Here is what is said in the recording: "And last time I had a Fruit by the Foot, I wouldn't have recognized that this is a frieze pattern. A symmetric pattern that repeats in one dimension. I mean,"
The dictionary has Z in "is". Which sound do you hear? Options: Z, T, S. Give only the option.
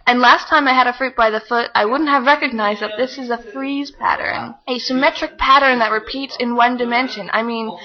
Z